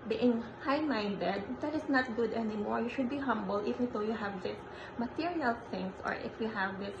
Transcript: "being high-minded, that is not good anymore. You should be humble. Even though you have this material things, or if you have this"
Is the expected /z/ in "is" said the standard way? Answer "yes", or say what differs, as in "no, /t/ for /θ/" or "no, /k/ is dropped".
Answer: no, /s/ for /z/